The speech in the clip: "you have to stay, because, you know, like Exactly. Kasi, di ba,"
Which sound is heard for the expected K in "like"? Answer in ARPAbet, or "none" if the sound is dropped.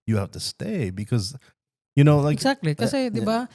none